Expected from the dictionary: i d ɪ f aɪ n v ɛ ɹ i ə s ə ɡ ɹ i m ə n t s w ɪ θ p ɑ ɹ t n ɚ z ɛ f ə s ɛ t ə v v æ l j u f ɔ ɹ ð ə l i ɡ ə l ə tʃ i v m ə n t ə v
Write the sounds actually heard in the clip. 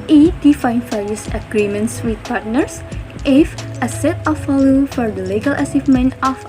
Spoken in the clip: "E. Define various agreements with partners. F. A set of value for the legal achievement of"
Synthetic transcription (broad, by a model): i d ɪ f aɪ n f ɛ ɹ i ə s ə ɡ ɹ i m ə n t s w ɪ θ p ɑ ɹ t n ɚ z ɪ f ə s ɛ t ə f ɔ l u f ɔ ɹ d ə l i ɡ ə l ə s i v m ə n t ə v